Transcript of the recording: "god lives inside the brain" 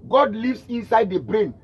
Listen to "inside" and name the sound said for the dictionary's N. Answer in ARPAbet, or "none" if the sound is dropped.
N